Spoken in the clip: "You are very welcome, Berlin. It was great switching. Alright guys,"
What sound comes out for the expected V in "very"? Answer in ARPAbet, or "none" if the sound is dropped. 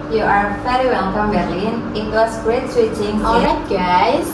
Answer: F